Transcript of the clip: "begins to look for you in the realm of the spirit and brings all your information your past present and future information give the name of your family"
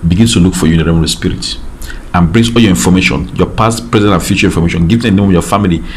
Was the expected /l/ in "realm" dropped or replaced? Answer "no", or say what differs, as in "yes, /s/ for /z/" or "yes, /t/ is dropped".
yes, /l/ is dropped